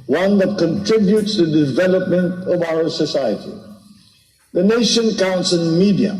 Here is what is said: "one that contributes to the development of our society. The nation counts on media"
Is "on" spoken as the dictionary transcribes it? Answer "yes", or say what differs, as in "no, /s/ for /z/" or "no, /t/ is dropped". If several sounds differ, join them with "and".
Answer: no, /l/ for /n/